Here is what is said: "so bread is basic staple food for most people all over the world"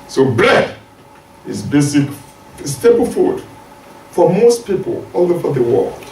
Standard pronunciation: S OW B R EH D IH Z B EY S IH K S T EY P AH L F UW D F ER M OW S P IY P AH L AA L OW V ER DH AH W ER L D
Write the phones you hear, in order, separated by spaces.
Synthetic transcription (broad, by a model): S OW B L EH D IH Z B EY S IH K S T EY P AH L F UW D F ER M OW S P IY P AH L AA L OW F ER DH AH W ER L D